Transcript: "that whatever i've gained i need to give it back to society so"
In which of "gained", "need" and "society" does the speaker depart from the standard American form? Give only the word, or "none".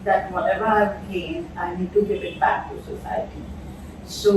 gained